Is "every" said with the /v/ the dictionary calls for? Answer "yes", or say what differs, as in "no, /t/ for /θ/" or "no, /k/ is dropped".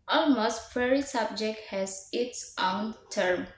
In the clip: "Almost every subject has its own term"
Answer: no, /v/ is dropped